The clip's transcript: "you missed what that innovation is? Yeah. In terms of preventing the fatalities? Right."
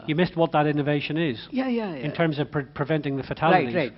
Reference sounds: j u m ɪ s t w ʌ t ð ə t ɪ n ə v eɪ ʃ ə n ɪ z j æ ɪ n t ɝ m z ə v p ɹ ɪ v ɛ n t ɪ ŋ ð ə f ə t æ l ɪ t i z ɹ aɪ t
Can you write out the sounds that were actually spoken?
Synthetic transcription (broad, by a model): j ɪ m ɪ s t w ʌ t ð ə t ɪ n ə v eɪ ʃ ə n ɪ z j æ ɪ n t ɝ m z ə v p ɹ ɪ v ɛ n t ɪ ŋ ð ə f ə t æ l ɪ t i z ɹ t